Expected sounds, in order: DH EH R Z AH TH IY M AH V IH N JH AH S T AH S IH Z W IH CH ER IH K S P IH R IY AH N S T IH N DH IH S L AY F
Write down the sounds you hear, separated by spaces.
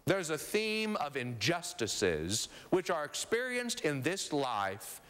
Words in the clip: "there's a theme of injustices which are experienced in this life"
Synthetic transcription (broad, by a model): DH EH R Z AH TH IY M AH V IH N JH AH S T AH S IH Z W IH CH ER IH K S P IH R IY AH N S T IH N DH IH S L AY F